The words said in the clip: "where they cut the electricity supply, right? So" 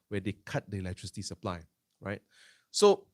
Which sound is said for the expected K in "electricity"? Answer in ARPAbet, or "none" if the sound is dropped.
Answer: K